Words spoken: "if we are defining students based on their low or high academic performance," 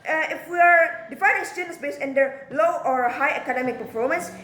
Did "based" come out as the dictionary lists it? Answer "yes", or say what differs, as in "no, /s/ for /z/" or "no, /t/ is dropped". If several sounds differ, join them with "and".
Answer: no, /t/ is dropped